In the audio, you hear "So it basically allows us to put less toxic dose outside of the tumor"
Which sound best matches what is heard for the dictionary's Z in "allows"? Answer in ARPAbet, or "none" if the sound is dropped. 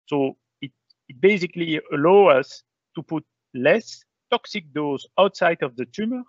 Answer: none